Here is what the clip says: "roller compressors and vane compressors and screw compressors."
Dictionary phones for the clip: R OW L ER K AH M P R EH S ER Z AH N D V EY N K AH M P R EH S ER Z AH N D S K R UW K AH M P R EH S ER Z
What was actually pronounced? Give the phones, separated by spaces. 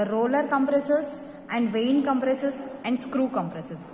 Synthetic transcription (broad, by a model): R OW L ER K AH M P R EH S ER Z AH N D V EY N K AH M P R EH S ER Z AH N D S K R UW K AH M P R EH S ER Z